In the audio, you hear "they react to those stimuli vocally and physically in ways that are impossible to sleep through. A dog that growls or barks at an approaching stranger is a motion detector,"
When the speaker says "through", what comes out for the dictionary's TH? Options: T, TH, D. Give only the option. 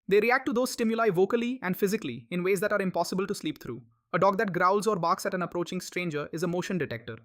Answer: T